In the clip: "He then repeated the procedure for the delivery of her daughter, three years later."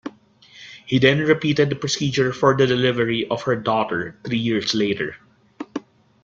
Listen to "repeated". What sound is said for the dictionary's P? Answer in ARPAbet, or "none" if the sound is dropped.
P